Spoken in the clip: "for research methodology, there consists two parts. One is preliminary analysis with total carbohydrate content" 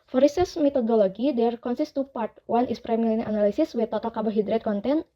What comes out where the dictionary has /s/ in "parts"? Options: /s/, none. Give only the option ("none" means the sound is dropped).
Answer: none